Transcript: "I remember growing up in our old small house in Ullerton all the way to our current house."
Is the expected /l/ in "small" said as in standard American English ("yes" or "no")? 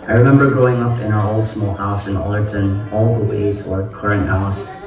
yes